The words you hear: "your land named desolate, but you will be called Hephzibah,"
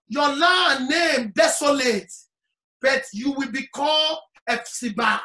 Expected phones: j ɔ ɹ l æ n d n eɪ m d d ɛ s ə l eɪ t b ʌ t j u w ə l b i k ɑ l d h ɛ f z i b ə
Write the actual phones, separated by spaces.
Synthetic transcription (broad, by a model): j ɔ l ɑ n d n eɪ m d d ɛ s ə l eɪ t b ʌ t j u w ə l b i k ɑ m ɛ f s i b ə